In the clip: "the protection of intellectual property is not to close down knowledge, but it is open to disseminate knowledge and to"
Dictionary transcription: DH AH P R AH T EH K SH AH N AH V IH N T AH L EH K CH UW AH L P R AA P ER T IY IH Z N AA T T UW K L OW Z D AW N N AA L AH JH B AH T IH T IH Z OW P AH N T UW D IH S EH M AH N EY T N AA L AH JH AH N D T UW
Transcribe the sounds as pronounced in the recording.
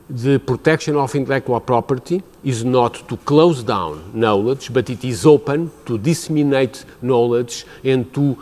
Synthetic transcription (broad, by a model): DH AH P R AH T EH K SH AH N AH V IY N T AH L EH K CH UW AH L P R AA P ER T IY IH Z N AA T T UW K L OW Z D AW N N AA L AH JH B AH T IH T IH Z OW P AH N T UW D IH S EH M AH N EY T N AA L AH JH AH N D T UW